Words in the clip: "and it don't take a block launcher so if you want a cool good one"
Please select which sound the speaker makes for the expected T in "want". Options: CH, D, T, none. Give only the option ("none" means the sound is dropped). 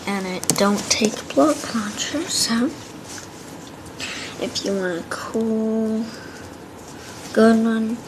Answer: none